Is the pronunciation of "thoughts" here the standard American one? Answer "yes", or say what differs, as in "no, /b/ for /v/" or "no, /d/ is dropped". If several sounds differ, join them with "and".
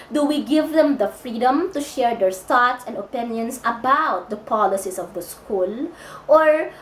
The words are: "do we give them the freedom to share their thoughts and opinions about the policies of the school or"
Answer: no, /t/ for /θ/